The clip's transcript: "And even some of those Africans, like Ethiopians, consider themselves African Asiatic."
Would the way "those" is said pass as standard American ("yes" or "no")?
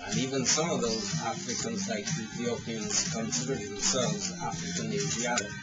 yes